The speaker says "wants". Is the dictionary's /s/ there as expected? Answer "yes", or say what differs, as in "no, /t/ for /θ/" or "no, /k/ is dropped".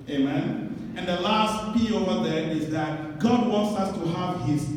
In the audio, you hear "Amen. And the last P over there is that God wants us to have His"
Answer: yes